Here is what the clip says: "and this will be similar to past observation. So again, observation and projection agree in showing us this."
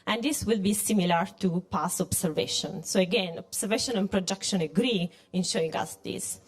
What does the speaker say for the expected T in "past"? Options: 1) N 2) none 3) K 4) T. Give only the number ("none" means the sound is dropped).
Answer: 2